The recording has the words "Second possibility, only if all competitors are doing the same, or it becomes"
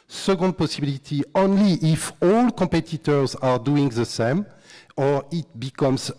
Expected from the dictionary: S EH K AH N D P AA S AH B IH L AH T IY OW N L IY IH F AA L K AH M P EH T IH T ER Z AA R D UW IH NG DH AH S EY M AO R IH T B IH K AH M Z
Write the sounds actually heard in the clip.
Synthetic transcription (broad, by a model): S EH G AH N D P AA S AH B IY L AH T IY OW N L IY IH F AA L K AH M P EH T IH T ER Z AA R D UW IH NG DH AH S EY M AO R IH T B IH K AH M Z